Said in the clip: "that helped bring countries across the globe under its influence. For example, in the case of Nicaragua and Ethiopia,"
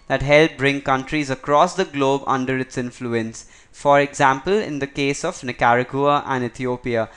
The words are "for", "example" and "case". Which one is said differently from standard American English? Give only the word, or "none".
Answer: none